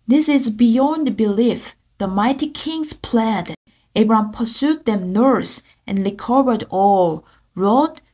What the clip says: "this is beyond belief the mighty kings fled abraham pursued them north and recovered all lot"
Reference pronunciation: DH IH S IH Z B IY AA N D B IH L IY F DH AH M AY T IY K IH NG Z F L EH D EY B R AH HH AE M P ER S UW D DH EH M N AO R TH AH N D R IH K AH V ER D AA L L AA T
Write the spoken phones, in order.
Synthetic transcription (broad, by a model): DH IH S IH Z B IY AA N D B IH L IY F DH AH M AY T IY K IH NG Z P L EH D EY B R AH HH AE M P ER S UW D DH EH M N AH R S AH N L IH K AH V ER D AA L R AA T